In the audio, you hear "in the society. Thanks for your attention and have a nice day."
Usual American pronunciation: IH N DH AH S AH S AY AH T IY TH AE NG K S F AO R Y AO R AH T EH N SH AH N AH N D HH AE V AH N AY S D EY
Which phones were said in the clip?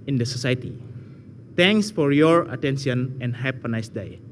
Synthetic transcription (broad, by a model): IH N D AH S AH S AY T IY T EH NG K S F AO R Y AO R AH T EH N S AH N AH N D HH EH P AH N AY S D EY